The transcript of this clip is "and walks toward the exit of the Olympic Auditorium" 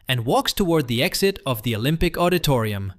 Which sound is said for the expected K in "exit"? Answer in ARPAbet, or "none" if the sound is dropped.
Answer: K